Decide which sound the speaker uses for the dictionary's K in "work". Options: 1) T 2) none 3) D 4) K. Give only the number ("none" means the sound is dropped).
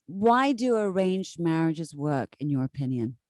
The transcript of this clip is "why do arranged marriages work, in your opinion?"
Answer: 4